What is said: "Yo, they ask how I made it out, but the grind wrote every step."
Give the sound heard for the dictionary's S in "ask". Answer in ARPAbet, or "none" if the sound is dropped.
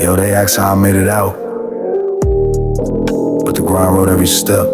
none